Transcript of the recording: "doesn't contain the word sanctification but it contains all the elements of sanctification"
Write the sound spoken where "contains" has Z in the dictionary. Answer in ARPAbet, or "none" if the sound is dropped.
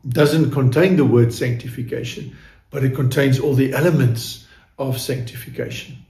Z